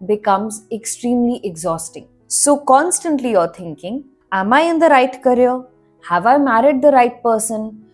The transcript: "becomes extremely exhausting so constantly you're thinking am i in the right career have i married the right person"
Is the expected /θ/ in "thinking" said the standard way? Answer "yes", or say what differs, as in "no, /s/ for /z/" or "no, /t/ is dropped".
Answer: no, /t/ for /θ/